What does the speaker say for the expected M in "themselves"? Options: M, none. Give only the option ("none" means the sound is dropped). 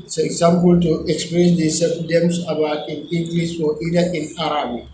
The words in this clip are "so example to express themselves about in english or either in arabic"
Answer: none